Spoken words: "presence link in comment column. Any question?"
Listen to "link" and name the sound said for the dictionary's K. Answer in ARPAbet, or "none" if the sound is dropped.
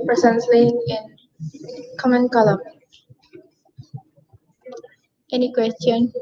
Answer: none